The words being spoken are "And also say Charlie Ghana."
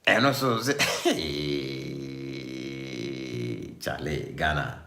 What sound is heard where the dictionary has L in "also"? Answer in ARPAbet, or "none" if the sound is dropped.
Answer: none